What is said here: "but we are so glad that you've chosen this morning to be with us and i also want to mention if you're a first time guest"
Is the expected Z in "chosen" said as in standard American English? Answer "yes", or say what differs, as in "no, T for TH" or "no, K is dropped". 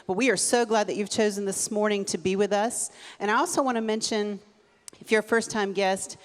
yes